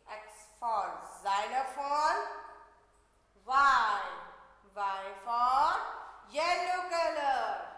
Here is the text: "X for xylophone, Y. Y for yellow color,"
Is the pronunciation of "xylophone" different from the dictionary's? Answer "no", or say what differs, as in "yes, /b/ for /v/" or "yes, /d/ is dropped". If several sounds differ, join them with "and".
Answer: yes, /n/ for /l/